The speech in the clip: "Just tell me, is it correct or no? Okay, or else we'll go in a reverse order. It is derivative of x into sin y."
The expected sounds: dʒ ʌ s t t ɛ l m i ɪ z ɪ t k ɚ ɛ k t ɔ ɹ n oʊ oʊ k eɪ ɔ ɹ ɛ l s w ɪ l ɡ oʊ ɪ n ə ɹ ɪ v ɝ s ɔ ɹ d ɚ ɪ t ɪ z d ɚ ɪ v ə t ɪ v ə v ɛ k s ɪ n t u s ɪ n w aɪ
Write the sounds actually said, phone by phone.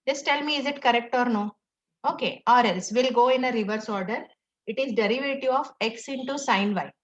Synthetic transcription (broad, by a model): dʒ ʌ s t t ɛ l m i ɪ z ɪ t k ɚ ɛ k t ɔ ɹ n oʊ oʊ k eɪ ɔ ɹ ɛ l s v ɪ l ɡ oʊ ɪ n ə ɹ ɪ v ɝ s ɔ ɹ d ɚ ɪ t ɪ z d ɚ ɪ v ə t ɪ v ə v ɛ k s ɪ n t u s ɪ n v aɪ